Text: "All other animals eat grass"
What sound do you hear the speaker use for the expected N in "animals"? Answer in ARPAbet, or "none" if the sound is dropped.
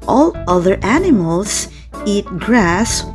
N